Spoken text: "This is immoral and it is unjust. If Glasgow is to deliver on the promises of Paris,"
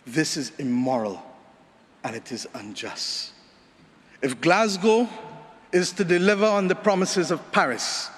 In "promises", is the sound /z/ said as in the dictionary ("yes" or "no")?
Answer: yes